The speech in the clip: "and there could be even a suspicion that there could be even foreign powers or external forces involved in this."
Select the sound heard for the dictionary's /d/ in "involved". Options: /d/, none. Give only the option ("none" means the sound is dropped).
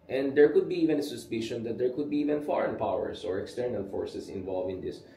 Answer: none